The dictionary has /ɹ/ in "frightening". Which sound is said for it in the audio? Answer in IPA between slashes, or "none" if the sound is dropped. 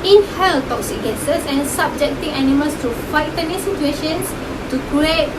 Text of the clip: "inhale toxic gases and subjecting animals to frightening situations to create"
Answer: none